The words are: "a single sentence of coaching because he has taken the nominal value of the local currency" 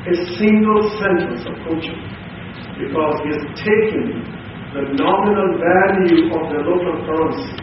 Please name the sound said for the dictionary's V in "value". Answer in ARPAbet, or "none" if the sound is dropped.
V